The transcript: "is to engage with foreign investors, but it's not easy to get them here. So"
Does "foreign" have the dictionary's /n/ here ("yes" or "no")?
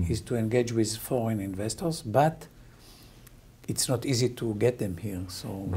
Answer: yes